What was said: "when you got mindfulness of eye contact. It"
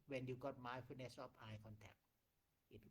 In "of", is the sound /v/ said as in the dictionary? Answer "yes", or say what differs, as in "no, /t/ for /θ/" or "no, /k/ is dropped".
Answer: no, /p/ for /v/